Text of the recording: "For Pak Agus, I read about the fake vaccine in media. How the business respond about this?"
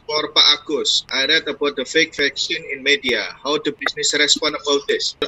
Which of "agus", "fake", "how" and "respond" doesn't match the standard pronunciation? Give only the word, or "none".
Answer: respond